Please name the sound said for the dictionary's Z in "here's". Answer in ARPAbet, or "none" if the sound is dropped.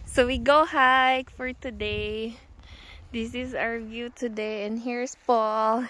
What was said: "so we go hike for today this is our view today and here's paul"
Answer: S